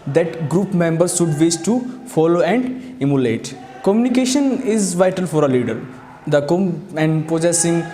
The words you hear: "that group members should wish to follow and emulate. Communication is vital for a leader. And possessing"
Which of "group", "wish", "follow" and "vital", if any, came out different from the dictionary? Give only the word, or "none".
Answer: wish